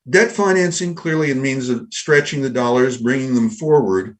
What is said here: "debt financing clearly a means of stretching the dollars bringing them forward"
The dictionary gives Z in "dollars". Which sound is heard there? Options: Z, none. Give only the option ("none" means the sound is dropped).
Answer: Z